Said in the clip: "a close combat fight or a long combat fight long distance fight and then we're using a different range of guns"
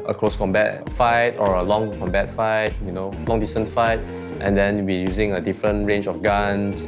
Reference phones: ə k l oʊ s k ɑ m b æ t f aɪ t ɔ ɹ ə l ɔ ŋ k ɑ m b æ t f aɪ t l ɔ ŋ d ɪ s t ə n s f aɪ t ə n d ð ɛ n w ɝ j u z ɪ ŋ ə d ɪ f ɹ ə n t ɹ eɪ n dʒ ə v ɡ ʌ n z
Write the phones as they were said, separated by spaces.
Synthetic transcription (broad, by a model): ə k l oʊ s k ɑ m b æ t f aɪ t ɔ ɹ ə l ɔ ŋ k ɑ m b æ t f aɪ t l ɔ ŋ d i s t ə n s f aɪ t ə n d ɛ n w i j u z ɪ ŋ ə d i f ɹ ə n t ɹ eɪ n dʒ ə f ɡ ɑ n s